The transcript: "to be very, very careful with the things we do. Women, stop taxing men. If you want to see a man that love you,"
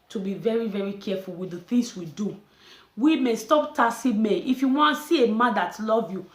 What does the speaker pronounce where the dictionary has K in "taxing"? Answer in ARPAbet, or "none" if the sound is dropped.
none